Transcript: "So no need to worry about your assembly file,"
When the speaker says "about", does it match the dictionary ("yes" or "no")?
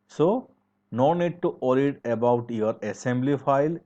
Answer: yes